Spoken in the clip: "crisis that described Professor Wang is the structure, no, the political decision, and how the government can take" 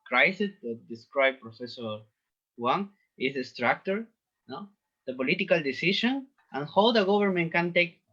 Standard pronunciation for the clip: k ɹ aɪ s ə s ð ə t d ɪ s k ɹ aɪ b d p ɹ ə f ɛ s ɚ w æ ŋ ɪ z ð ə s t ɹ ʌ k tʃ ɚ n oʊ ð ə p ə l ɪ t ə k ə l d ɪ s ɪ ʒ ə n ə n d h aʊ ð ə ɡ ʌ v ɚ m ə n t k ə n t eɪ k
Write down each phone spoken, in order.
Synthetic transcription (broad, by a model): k ɹ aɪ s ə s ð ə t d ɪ s k ɹ aɪ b p ɹ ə f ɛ s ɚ w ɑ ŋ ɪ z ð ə s t ɹ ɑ k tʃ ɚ n oʊ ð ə p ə l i t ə k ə l d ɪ s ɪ ʃ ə n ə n h aʊ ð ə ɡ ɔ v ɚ m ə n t k ə n t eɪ k